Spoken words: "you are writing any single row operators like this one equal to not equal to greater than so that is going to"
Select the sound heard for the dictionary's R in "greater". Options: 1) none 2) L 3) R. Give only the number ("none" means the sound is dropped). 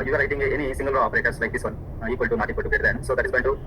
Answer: 1